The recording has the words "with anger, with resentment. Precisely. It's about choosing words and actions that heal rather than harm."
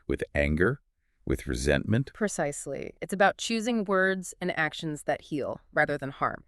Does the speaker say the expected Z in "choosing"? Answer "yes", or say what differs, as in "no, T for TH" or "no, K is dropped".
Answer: yes